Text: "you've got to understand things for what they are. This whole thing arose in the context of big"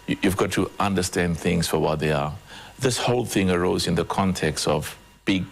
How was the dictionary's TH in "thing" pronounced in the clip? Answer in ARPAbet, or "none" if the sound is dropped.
TH